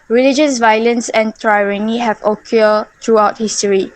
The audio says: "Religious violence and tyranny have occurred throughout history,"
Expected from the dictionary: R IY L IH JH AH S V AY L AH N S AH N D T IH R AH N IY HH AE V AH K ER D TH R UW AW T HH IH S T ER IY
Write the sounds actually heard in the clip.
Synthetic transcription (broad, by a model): R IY L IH JH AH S V AY L AH N S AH N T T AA R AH N IY HH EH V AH K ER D T R UW AW T HH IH S T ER IY